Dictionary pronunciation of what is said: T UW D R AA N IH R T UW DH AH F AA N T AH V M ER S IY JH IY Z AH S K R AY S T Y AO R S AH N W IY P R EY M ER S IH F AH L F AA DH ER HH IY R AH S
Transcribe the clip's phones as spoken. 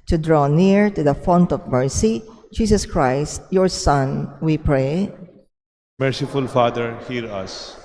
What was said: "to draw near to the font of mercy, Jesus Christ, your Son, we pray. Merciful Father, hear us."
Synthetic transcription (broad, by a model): T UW D R AA N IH R T UW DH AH F AA N T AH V M ER S IY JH IY S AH S K R AY S T Y AO R S AH N W IY P R EY M ER S IH F AH L F AA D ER HH IY R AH S